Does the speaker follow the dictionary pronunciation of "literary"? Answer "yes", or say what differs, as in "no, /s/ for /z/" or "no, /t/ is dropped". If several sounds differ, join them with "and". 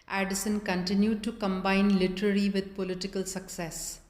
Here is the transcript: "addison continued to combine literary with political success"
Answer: no, /l/ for /ɹ/